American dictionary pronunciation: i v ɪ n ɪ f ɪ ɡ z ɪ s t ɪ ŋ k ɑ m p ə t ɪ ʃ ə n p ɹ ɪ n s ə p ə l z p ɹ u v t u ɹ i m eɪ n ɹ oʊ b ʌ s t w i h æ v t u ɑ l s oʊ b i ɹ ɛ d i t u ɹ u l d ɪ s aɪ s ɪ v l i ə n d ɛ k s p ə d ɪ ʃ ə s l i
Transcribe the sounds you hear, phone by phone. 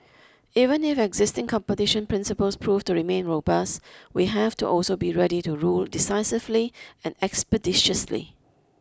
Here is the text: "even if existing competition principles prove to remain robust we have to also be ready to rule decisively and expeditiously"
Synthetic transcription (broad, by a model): i v ɪ n ɪ f ɪ ɡ z ɪ s t ɪ ŋ k ɑ m p ə t ɪ ʃ ə n p ɹ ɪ n s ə p ə l s p ɹ u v t u ɹ i m eɪ n ɹ oʊ b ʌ s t w i h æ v t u ɑ l s oʊ b i ɹ ɛ d i t u ɹ u l d ɪ s aɪ s ɪ v l i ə n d ɛ k s p ə d ɪ ʃ ə s l i